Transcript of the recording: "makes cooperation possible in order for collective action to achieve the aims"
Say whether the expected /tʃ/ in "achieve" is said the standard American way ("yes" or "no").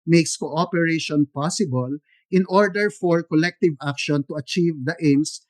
yes